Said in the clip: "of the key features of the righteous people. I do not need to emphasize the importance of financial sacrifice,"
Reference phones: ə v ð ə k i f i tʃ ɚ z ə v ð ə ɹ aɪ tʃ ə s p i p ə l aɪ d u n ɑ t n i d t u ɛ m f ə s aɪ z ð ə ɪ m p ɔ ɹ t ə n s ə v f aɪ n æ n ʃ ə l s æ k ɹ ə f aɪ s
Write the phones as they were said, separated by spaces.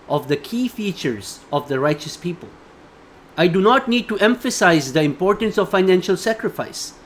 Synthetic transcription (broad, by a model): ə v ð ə k i f i tʃ ɚ z ə v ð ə ɹ aɪ tʃ ə s p i p ə l aɪ d u n ɑ t n i d t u ɛ m f ə s aɪ z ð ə ɪ m p ɔ ɹ t ə n s ə v f aɪ n æ n ʃ ə l s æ k ɹ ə f aɪ s